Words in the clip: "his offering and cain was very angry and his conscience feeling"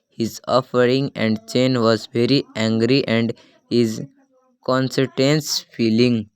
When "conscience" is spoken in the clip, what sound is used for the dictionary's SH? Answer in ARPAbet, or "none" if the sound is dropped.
S